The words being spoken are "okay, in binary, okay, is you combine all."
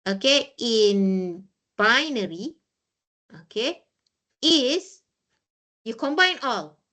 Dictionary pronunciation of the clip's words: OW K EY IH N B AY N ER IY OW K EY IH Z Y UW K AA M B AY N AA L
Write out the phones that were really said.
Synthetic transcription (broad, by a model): OW K EY IH N B AY N ER IY OW K EY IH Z Y UW K AA M B AY N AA L